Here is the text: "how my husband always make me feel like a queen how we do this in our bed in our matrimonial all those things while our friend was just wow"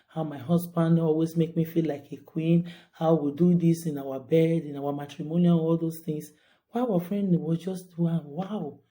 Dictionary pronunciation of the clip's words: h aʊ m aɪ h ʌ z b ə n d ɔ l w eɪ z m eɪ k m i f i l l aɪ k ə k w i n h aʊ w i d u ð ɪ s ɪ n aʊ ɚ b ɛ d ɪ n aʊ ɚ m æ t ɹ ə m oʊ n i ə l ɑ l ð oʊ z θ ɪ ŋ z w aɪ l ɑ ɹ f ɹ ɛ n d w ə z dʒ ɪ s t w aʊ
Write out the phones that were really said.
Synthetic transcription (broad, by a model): h aʊ m aɪ h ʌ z b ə n d ɔ l w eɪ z m eɪ k m i f i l l aɪ k ə k w i n h aʊ w i d u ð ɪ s ɪ n aʊ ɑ b ɛ d ɪ n aʊ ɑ m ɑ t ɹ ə m oʊ n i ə n ɑ l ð oʊ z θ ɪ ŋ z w aɪ w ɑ f ɹ ɛ n d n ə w dʒ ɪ s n w aʊ